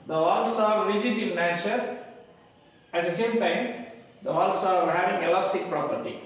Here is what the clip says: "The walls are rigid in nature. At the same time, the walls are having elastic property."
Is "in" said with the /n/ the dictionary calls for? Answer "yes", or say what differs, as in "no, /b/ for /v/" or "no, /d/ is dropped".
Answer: no, /l/ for /n/